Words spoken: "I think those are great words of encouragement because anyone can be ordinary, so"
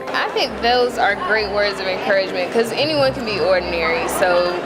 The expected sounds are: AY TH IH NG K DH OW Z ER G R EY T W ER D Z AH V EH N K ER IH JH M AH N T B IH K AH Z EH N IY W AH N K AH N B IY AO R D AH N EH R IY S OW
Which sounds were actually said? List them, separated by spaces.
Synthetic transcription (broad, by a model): AY TH IH NG K DH OW Z ER G R EY T W ER D Z AH V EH N K ER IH JH M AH N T K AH Z EH N IY W AH N K AH N B IY AO R D N EH R IY S OW